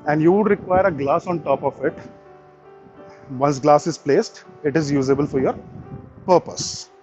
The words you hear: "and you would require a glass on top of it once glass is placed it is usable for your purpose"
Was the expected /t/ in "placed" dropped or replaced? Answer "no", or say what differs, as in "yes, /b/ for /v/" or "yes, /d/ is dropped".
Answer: no